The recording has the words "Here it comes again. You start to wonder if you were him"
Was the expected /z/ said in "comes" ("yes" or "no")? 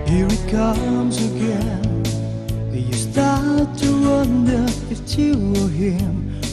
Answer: yes